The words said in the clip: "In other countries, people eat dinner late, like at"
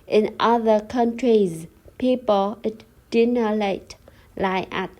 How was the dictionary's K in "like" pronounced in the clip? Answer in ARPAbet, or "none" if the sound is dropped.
none